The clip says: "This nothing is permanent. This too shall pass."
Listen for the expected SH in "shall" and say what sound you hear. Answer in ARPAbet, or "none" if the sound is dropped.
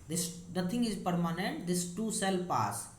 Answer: S